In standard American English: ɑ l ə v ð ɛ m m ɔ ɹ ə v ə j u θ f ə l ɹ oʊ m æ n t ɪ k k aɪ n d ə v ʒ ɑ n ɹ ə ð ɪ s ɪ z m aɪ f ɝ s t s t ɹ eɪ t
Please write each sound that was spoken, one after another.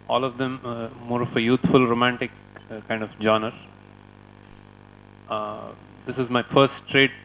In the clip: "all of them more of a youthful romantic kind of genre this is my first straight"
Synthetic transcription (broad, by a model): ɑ l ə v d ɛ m m ɔ ɹ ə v ə j u t f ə l ɹ oʊ m æ n t ɪ k k aɪ n d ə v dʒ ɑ n ə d ɪ s ɪ z m aɪ f ɝ s t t ɹ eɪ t